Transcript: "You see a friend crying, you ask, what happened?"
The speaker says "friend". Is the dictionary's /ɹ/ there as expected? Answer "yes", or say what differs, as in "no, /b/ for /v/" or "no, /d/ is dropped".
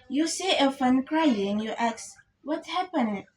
no, /ɹ/ is dropped